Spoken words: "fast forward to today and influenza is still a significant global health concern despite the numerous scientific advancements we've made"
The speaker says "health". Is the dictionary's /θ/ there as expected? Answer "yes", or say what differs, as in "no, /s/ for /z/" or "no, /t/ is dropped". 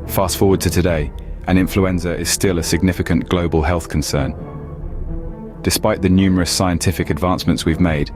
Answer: yes